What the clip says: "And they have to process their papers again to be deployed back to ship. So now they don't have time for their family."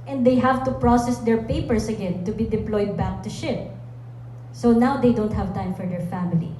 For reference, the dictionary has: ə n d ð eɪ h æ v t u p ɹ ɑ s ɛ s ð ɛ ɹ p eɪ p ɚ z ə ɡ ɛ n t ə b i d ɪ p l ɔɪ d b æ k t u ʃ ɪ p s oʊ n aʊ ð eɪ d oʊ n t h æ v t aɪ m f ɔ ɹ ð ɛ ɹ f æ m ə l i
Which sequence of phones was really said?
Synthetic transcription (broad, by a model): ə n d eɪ h æ v t u p ɹ ɑ s ɛ s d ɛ ɹ p eɪ p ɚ s ə ɡ ɛ n t ə b i d ɪ p l ɔɪ d b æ k t u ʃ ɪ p s oʊ n aʊ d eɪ d oʊ n t h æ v t aɪ m f ɔ ɹ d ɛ ɹ f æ m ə l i